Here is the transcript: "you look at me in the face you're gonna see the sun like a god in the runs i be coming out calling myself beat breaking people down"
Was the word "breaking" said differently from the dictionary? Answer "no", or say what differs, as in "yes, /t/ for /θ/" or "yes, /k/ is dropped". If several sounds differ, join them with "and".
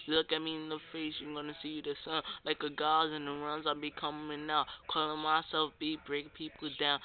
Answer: yes, /k/ is dropped